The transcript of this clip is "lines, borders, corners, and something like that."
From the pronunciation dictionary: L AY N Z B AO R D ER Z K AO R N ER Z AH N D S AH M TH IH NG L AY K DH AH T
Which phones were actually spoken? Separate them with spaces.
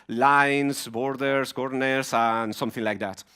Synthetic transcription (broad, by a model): L AY N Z B AO R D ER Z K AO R N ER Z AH N S AH M TH IH NG L AY K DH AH T